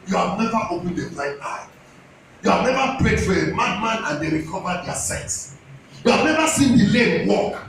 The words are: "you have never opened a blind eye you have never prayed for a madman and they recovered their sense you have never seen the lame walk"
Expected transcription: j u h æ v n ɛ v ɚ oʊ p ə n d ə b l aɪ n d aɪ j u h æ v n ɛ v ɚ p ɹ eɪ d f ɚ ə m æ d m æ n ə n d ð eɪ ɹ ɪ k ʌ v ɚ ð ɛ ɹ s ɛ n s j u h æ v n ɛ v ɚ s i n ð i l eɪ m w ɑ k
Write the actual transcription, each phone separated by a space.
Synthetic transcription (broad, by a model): j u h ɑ v n ɛ v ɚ oʊ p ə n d ə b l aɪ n aɪ j u h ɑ v n ɛ v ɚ p ɹ eɪ d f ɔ ə m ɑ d m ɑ n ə n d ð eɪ ɹ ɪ k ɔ v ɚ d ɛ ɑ s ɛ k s j u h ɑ v n ɛ v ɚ s i n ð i l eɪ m w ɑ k